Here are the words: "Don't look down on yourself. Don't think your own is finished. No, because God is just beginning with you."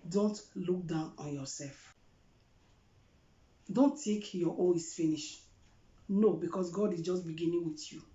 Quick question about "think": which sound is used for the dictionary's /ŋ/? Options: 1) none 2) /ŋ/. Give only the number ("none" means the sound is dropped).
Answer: 1